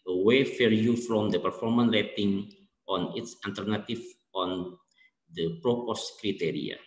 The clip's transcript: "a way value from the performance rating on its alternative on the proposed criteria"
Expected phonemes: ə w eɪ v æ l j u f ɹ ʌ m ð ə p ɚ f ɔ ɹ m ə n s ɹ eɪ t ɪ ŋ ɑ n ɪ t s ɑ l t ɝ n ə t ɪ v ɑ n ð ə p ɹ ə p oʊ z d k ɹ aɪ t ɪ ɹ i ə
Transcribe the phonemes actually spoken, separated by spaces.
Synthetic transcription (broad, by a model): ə w eɪ f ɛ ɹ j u f ɹ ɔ m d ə p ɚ f ɔ ɹ m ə n ɹ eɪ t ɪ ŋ ɑ n ɪ t s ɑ l t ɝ n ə t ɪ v ɑ n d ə p ɹ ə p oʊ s k ɹ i t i ɹ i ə